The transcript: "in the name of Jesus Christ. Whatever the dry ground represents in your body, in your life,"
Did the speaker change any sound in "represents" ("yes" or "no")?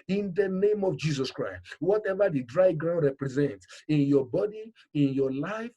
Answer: no